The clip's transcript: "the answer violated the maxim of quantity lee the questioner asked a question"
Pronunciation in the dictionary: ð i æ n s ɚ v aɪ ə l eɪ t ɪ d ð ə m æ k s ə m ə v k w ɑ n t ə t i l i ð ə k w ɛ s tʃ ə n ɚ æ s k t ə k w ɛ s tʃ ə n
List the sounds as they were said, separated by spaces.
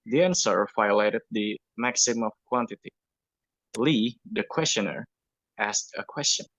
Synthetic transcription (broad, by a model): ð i æ n s ɚ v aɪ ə l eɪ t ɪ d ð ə m æ k s ə m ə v k w ɑ n t ə t i l i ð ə k w ɛ s tʃ ə n ɚ æ s k t ə k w ɛ s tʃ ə n